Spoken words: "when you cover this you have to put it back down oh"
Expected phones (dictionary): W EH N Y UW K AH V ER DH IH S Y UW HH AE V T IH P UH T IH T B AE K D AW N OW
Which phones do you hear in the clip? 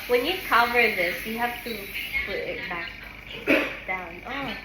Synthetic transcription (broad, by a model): W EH N Y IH K AH V ER DH IH S Y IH HH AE F T IH P UH T IH T B AE K D AW N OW